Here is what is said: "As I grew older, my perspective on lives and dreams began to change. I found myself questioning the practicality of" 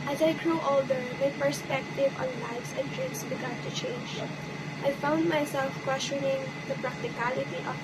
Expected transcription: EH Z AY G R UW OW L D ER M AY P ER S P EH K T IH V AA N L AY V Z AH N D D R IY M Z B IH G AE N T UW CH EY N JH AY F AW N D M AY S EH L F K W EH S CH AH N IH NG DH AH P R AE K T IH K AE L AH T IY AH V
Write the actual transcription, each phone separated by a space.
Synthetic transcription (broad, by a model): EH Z AY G R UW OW L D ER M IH P ER S P EH K T IH V AA N L AY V S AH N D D R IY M S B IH G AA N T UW CH EY N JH AY F AW N D M AY S EH L F K W EH S CH AH N IH NG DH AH P R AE K T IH K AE L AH T IY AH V